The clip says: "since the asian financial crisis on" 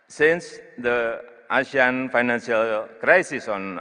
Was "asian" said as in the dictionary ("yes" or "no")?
no